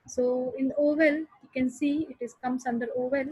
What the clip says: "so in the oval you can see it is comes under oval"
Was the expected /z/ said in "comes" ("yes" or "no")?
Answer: no